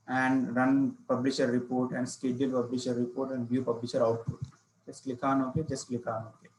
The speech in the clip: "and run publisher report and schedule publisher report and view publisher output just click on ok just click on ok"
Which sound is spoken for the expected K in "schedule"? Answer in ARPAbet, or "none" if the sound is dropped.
K